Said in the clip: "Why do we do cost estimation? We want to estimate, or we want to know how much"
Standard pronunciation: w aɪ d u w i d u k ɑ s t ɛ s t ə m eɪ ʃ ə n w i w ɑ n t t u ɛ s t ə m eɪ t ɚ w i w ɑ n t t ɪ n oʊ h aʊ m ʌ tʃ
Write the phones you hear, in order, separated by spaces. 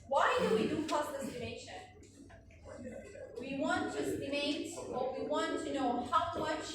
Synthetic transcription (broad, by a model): w aɪ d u w i d u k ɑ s ɪ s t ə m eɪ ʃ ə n w i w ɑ n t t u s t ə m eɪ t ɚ w i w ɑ n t t ɪ n oʊ h aʊ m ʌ tʃ